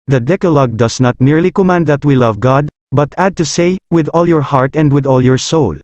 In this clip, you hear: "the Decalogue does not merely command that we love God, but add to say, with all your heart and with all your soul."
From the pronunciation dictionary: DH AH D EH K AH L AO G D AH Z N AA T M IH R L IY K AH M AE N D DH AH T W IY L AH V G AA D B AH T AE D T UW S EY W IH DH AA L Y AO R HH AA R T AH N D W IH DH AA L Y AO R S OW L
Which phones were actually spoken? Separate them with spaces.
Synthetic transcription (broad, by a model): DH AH D EH K AH L AO G D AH S N AA T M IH R L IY K AH M AE N D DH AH T W IY L AH V G AA D B AH T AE D T UW S EY W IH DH AA L Y AO R HH AA R T AH N D W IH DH AA L Y AO R S OW L